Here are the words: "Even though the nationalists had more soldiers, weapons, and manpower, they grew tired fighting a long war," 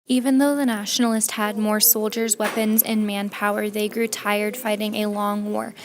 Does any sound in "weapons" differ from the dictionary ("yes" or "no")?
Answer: no